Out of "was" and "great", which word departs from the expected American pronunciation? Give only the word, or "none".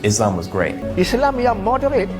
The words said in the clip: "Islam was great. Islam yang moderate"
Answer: none